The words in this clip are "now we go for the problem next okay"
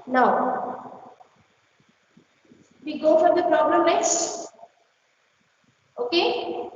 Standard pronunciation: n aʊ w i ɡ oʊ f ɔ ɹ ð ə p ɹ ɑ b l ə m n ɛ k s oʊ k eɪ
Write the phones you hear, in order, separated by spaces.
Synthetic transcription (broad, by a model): n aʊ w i ɡ oʊ f ɔ ɹ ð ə p ɹ ɑ b l ə m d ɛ s oʊ k eɪ